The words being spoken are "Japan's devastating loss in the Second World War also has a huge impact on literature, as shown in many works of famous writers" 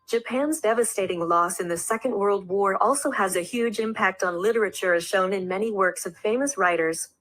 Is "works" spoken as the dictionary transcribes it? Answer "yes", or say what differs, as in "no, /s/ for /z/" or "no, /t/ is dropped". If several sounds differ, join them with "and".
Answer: yes